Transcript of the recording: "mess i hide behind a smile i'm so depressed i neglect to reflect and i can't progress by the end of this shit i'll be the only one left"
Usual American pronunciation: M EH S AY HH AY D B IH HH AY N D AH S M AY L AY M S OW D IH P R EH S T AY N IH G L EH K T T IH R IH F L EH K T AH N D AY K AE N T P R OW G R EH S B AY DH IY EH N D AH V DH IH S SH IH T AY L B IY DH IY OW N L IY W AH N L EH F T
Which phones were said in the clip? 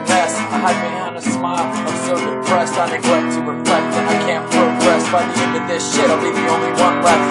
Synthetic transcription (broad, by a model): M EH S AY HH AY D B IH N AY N AH S M AY L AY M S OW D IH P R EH S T AY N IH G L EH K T T IH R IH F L EH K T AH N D AY K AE N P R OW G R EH S B AY DH IY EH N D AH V DH IH S SH IH T AY L B IY DH IY OW N L IY W AH N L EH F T